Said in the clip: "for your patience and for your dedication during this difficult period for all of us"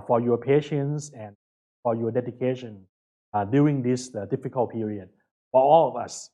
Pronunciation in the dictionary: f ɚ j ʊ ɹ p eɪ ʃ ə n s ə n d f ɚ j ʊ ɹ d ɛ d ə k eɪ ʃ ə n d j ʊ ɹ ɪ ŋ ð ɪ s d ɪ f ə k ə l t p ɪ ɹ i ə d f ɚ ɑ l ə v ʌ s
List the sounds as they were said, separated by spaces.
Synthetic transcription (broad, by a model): f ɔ j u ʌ p eɪ ʃ ə n s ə n f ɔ j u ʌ d ɛ d ə k eɪ ʃ ə n d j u ɪ ŋ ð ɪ s d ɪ f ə k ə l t p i ɹ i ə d f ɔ ɑ l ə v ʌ s